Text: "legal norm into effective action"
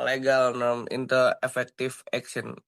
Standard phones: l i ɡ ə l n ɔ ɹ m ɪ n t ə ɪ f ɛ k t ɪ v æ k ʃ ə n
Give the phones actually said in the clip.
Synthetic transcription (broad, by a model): l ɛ ɡ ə l n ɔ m ɪ n t ə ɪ f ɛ k t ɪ f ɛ k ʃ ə n